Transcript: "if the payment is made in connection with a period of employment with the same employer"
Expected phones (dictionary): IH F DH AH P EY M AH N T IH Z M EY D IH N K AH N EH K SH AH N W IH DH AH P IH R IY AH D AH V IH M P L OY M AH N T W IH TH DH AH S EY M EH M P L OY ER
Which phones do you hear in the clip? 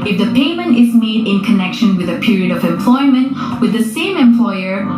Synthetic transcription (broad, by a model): IH F DH AH P EY M AH N T IH Z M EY D IH N K AH N EH K SH AH N W IH DH AH P IH R IY AH D AH V IH M P L OY M AH N T W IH DH AH S EY M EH M P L OY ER